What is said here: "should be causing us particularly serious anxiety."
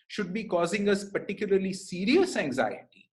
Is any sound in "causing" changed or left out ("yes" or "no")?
no